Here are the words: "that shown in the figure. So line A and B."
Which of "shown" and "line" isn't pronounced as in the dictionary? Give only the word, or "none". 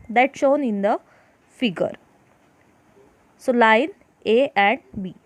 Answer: none